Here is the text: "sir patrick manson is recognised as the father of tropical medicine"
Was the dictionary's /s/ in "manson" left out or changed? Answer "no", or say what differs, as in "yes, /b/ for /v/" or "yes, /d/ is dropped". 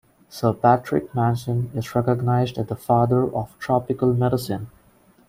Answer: yes, /ʃ/ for /s/